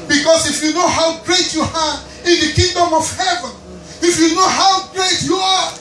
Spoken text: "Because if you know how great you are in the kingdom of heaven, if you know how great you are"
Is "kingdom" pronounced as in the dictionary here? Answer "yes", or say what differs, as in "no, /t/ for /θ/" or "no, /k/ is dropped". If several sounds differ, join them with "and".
yes